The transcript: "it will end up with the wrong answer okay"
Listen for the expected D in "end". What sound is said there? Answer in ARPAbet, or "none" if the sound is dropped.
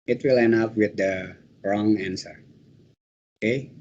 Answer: none